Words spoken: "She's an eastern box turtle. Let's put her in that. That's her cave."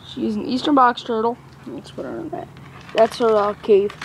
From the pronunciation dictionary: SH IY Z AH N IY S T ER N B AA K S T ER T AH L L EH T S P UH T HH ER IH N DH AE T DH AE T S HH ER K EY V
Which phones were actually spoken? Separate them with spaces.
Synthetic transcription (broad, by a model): SH IY Z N IY S T ER N B AA K S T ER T L N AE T S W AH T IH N DH AE T DH AE T S HH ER K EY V